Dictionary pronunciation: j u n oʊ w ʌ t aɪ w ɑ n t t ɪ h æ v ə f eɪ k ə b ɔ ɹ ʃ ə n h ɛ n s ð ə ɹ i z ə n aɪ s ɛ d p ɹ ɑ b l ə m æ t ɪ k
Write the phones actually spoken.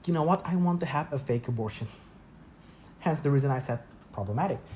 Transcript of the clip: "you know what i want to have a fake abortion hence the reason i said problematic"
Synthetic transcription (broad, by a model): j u n oʊ w ʌ t aɪ w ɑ n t t ɪ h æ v ə f eɪ k ə b ɔ ɹ ʃ ə n h ɛ n s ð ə ɹ i z ə n aɪ s ɛ d p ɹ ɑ b l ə m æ t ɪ k